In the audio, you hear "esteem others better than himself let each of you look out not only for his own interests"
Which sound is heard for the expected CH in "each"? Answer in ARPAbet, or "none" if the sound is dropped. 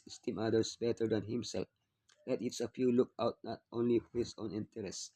S